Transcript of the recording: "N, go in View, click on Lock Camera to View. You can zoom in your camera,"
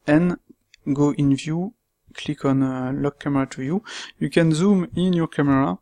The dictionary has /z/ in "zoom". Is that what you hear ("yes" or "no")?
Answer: yes